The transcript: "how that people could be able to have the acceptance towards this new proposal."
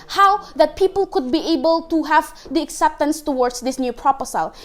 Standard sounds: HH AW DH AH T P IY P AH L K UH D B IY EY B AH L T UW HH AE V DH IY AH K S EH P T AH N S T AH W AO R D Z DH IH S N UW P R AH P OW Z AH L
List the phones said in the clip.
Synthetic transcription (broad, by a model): HH AW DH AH T P IY P AH L K UH D B IY EY B AH L T UW HH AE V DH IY AH K S EH P T AH N S T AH W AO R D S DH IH S N UW P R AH P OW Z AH L